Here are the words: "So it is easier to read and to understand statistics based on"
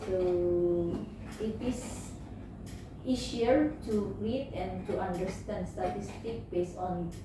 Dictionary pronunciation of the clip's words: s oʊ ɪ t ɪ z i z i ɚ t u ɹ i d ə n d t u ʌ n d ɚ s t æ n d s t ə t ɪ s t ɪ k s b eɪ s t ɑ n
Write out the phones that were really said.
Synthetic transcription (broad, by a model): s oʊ ɪ t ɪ s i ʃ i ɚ t u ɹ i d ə n t u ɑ n d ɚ s t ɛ n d s t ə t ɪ s t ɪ k b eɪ s ɑ n